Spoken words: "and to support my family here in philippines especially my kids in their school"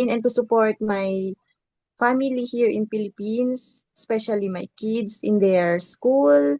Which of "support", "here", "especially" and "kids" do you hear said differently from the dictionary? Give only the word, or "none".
kids